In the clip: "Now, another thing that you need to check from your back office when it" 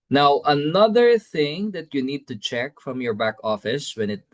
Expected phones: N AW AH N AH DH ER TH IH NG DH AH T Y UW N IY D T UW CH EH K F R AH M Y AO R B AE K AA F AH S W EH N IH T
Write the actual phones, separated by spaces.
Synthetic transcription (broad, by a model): N AW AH N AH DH ER TH IH NG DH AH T Y UW N IY D T UW CH EH K F R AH M Y AO R B AE K AA F AH S W EH N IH T